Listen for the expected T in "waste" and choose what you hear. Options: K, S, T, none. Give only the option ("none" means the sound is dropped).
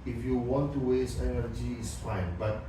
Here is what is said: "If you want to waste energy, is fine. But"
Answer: none